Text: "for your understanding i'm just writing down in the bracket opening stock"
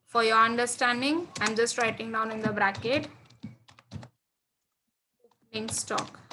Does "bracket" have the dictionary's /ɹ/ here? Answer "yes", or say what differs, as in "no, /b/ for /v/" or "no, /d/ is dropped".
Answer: yes